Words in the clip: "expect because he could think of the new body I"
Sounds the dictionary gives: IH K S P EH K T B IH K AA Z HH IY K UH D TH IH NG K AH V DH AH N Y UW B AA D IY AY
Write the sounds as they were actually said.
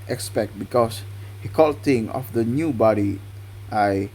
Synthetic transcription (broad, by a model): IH K S P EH K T B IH K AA S HH IY K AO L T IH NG AH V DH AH N Y UW B AA D IY AY